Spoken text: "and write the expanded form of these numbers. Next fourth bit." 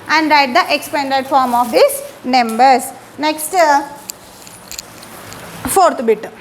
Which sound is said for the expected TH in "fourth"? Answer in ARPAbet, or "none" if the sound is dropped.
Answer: T